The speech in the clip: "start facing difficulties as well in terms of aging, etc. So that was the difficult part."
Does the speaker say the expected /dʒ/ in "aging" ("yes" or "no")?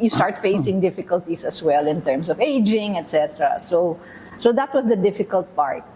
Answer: yes